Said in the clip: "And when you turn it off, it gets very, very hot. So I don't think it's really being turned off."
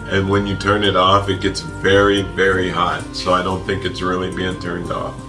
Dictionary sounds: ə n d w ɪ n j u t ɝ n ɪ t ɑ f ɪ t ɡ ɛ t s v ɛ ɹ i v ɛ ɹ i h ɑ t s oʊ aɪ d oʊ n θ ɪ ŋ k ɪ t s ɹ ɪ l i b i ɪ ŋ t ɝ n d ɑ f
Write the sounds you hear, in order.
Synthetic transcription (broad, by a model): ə n w ɪ n j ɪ t ɝ n ɪ t ɑ f ɪ t ɡ ɛ t s v ɛ ɹ i v ɛ ɹ i h ɑ t s oʊ aɪ d oʊ n θ ɪ ŋ k ɪ t s ɹ ɪ l i b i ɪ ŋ t ɝ n d ɑ f